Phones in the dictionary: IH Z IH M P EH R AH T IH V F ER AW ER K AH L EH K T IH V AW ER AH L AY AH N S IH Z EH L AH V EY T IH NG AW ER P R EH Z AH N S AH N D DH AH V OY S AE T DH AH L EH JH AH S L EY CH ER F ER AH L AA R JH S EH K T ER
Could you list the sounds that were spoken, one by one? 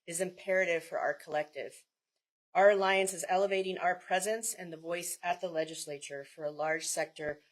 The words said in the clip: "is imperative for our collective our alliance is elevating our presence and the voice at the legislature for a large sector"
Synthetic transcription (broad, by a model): IH Z IH M P EH R AH T IH V F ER AW ER K AH L EH K T IH V AW ER AH L AY AH N S IH Z EH L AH V EY T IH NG AW ER P R EH Z AH N S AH N DH AH V OY S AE T DH AH L EH JH AH S L EY CH ER F ER AH L AA R JH S EH K T ER